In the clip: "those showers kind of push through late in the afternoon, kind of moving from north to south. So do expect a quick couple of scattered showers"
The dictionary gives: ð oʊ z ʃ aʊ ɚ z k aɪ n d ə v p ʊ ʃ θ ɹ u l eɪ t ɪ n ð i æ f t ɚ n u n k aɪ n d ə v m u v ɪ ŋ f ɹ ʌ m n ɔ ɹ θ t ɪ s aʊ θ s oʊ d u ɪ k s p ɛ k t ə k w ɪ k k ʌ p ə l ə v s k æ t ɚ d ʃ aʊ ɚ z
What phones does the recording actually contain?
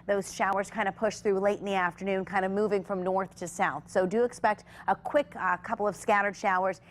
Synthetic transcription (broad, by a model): ð oʊ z ʃ aʊ ɚ z k aɪ n d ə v p ʊ ʃ θ ɹ u l eɪ t n ð i æ f t ɚ n u n k aɪ n d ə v m u v ɪ ŋ f ɹ ʌ m n ɔ ɹ θ t ɪ s aʊ θ s oʊ d ɪ k s p ɛ k t ə k w ɪ k k ʌ p l ə v s k æ t ɚ d ʃ aʊ ɚ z